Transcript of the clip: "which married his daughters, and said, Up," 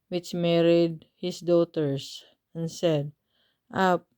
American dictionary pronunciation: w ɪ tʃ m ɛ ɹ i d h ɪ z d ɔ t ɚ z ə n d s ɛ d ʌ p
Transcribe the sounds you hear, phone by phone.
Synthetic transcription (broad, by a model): w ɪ tʃ m ɛ ɹ i d h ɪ s d ɔ t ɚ s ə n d s ɛ d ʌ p